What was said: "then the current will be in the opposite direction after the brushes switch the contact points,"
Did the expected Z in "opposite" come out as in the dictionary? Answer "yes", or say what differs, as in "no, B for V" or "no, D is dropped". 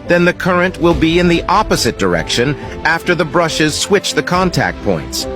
yes